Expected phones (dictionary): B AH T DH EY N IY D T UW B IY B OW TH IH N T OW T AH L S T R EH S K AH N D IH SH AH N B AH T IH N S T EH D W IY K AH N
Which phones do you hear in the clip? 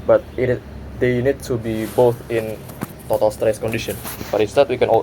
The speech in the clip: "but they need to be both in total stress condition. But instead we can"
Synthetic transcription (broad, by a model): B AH T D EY N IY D T UW B IY B OW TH IH N T OW T AH L S T R EH S K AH N D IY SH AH N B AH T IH S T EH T W IY K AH N